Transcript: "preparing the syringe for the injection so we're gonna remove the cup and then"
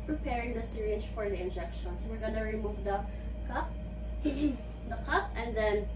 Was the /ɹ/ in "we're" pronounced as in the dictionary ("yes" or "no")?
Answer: yes